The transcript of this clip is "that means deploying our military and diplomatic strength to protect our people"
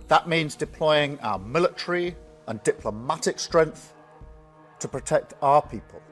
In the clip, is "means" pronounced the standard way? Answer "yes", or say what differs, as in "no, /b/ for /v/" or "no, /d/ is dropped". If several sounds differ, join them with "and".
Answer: yes